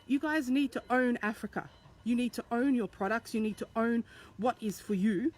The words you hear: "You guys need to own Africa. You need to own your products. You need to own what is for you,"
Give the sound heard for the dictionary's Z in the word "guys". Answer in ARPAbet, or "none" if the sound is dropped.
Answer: Z